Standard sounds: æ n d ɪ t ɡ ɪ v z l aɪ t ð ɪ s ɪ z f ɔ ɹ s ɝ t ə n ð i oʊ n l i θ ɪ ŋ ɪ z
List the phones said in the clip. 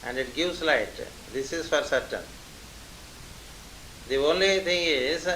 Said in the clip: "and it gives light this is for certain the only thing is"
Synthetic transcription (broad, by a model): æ n d ɪ t ɡ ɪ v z l aɪ t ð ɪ s ɪ z f ɔ ɹ s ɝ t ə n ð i oʊ n l i t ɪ ŋ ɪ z